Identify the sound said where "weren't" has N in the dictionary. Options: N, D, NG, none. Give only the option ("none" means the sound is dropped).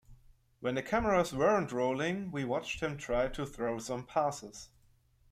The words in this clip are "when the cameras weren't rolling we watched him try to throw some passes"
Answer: N